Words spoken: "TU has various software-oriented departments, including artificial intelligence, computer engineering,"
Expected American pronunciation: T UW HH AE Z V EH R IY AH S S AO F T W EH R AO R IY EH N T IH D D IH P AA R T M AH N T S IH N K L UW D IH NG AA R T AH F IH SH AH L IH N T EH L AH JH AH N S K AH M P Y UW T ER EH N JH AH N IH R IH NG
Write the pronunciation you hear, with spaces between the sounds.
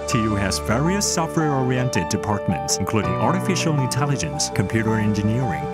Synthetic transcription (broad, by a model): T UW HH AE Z V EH R IY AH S S AO F T W EH R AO R IY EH N T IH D D IH P AA R T M AH N T S IH N K L UW D IH NG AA R T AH F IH SH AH L IH N T EH L AH JH AH N S K AH M P Y UW T ER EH N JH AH N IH R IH NG